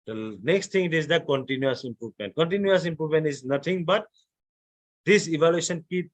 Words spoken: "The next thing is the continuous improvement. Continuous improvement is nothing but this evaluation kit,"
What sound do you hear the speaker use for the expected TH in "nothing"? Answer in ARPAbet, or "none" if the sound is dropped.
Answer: T